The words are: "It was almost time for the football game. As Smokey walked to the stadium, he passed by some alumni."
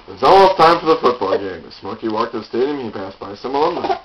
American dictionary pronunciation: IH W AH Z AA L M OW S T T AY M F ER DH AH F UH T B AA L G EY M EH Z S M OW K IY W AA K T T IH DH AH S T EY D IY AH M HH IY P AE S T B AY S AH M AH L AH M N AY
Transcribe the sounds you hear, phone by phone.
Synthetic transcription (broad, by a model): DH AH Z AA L OW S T T AY M F ER DH AH F UH T B AA L G EY M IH S M OW K IY W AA K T T IH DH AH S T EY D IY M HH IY P AE S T B AY S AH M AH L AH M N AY